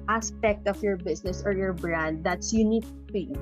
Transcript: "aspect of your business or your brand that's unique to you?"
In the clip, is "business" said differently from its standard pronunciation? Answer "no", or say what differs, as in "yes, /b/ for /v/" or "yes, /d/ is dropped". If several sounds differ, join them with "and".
yes, /s/ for /z/